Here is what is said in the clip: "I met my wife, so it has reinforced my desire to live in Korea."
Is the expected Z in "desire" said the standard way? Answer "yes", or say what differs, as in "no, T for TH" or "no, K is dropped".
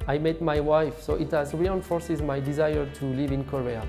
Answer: yes